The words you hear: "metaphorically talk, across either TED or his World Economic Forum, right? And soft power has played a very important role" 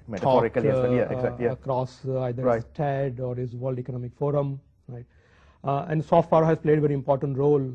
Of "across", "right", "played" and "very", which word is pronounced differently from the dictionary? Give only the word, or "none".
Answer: none